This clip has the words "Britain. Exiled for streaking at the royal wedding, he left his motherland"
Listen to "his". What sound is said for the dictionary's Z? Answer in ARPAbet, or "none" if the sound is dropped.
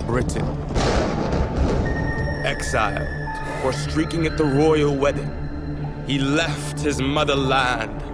Z